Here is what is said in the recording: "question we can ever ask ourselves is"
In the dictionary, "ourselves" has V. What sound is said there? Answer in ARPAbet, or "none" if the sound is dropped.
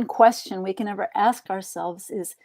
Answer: V